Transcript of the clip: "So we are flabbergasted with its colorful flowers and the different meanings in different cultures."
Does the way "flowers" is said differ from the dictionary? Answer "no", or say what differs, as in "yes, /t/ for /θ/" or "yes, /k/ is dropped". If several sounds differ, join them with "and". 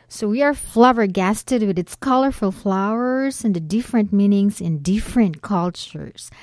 no